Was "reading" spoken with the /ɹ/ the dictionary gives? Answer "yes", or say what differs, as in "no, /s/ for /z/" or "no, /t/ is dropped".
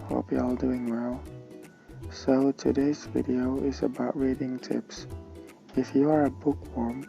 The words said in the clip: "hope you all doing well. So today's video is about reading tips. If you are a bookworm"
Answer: yes